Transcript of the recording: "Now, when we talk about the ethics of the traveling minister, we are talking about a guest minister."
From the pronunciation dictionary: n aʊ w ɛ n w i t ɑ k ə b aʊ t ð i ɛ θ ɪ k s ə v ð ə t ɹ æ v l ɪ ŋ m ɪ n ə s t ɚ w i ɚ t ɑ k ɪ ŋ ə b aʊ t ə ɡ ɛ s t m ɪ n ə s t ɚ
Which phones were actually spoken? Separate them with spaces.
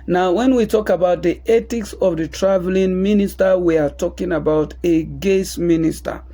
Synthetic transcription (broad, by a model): n aʊ w ɛ n w i t ɑ k ə b aʊ t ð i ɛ t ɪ k s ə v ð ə t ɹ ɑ v l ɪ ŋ m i n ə s t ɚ w i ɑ t ɑ k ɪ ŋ ə b aʊ t ə ɡ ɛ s m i n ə s t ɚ